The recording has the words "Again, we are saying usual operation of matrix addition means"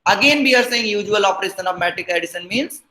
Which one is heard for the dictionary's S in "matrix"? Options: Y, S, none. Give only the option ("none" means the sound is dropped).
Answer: none